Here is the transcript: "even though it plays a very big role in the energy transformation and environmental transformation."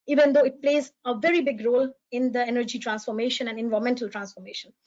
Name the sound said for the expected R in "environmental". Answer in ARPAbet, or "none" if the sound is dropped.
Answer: none